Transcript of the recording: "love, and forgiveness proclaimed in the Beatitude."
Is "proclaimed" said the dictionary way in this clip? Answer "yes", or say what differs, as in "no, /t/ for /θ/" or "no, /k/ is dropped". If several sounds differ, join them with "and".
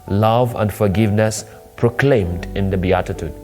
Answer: yes